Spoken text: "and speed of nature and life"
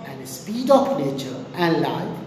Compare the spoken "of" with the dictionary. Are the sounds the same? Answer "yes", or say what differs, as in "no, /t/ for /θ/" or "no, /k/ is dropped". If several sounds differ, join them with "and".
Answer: no, /p/ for /v/